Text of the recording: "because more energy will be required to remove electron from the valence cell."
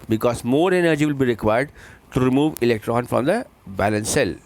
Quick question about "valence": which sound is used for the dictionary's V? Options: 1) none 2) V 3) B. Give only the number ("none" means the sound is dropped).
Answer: 3